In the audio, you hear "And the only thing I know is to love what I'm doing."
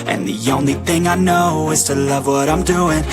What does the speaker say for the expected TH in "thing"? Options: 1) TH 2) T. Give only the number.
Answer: 1